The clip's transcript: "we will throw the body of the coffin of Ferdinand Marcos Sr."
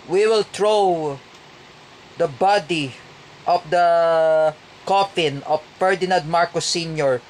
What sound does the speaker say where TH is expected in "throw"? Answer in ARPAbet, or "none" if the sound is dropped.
T